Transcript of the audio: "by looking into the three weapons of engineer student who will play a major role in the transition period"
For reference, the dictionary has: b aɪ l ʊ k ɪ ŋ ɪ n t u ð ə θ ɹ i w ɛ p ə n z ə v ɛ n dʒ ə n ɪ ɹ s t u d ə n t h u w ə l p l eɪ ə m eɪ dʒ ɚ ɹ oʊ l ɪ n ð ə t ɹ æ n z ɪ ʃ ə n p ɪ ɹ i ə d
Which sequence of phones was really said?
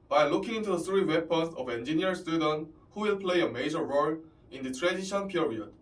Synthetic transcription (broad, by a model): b aɪ l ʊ k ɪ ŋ ɪ n t u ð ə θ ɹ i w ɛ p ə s ə v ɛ n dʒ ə n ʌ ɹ s t u d ə n t h u w ə l p l eɪ ə m eɪ dʒ ɚ ɹ oʊ l ɪ n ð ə t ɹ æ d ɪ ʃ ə n p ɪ ɹ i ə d